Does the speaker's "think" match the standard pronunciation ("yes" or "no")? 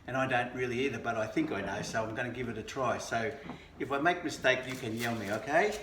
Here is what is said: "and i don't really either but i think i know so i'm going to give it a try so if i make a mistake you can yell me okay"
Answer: yes